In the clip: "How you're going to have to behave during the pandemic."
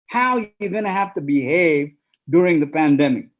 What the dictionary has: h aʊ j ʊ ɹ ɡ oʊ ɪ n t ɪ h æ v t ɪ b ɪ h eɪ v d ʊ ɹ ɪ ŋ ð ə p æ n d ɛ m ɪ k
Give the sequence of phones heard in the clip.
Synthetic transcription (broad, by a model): h aʊ j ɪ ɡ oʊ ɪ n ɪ h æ f t ɪ b ɪ h eɪ v d ʊ ɹ ɪ ŋ ð ə p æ n d ɛ m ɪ k